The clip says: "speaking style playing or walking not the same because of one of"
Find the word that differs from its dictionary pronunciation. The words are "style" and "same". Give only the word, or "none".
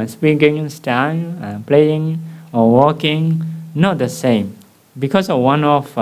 style